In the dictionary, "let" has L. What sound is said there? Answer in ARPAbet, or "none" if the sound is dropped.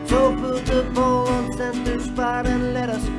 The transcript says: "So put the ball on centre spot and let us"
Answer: L